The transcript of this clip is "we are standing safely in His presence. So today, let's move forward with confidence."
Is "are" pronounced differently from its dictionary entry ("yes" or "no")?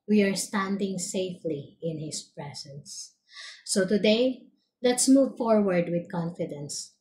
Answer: no